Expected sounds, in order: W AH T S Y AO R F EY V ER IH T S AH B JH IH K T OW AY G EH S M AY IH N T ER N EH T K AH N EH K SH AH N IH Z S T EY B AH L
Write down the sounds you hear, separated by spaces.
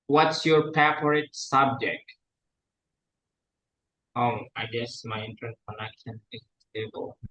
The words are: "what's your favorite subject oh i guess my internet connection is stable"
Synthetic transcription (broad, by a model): W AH T S Y AO R P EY P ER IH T S AH B JH IH K T OW AY G EH S M AY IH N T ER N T K AH N EH K SH AH N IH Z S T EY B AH L